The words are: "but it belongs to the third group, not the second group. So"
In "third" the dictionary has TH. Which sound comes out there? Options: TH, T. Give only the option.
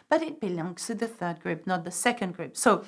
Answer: TH